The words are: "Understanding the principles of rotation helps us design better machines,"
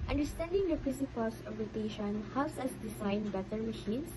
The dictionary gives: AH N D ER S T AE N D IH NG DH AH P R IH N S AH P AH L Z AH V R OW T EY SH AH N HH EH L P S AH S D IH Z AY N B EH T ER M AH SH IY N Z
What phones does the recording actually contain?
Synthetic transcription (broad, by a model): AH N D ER S T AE N D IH NG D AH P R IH S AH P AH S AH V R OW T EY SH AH N HH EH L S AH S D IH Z AY N B EH T ER M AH SH IY N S